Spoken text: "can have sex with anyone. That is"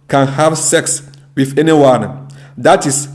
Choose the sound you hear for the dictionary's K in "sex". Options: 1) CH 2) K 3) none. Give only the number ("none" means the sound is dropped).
2